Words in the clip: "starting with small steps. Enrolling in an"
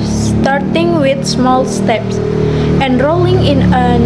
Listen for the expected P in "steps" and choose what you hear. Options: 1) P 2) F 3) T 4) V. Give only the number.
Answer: 1